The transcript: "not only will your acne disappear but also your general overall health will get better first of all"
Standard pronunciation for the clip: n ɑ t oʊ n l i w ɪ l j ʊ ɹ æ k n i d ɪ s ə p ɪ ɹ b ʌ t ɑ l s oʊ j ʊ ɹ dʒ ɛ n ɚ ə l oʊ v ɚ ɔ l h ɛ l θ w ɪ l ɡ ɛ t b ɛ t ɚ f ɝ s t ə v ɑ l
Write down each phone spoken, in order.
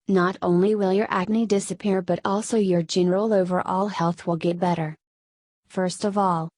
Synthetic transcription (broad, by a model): n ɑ t oʊ n l i w ɪ l j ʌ ɹ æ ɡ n i d ɪ s ə p ɪ ɹ b ʌ t ɑ l s oʊ j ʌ ɹ dʒ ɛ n ɚ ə l oʊ v ɚ ɔ l h ɛ l θ w ɪ l ɡ ɛ t b ɛ t ɚ f ɝ s t ə v ɑ l